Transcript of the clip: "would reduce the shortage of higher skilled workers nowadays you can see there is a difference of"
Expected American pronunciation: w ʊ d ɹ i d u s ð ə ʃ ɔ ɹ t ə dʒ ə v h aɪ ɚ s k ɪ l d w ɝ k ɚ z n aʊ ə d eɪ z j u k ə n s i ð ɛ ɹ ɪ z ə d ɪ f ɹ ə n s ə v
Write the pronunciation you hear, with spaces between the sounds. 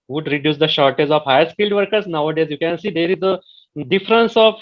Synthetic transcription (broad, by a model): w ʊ d ɹ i d u s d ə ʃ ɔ ɹ t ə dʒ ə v h aɪ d s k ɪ l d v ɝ k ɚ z n aʊ ə d eɪ z j u k ə n s i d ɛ ɹ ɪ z ə d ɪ f ɹ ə n s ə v